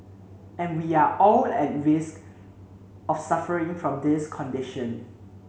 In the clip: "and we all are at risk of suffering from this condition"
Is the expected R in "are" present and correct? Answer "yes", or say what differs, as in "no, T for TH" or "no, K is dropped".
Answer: no, L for R